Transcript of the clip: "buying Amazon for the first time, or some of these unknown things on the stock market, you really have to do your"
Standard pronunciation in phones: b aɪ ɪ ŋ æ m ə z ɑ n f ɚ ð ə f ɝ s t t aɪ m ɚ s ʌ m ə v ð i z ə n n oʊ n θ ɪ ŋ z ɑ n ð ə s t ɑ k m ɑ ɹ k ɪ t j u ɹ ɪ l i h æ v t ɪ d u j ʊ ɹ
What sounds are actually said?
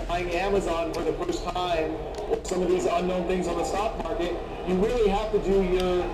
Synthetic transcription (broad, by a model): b aɪ ɪ ŋ æ m ə z ɑ n f ɚ ð ə f ɝ s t t aɪ m ɚ s ʌ m ə v ð i z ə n n oʊ n θ ɪ ŋ z n ð ə s t ɑ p m ɑ ɹ k ɪ t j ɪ ɹ ɪ l i h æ f t ɪ d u j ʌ ɹ